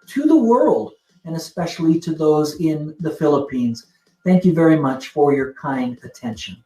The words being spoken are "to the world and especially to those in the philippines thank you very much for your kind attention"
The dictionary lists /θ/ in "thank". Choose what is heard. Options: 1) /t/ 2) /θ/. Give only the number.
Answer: 2